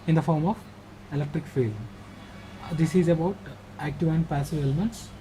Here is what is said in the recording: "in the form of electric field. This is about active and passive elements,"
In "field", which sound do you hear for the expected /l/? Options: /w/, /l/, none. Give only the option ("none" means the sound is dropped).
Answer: /l/